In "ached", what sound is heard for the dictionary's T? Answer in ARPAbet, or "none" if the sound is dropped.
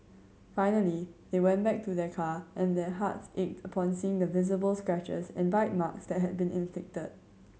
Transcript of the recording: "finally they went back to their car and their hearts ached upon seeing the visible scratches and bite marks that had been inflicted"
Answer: T